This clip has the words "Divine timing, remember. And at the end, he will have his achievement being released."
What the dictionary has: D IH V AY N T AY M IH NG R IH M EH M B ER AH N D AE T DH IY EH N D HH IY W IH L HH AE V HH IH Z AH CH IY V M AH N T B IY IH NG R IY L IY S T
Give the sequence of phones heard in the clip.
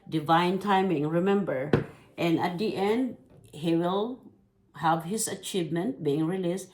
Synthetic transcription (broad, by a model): D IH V AY N T AY M IH NG R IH M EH M B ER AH N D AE T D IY EH N D HH IY W IH L HH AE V HH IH S AH CH IY V M AH N T B IY IH NG R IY L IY S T